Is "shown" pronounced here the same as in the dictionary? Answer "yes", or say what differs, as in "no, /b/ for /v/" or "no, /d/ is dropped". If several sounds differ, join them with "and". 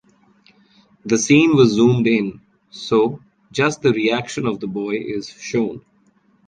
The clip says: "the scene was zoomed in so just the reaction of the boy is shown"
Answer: yes